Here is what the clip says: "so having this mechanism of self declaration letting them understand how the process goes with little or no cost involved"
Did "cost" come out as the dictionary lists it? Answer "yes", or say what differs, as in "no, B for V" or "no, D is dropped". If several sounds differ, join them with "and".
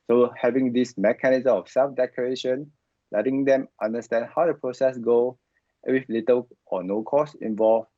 no, T is dropped